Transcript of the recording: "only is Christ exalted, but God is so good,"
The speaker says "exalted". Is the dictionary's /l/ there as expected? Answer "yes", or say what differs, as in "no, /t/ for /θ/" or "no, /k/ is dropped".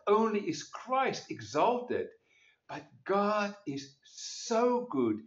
yes